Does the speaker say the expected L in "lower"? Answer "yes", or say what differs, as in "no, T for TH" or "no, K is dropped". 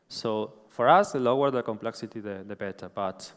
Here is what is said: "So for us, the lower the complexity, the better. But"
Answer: yes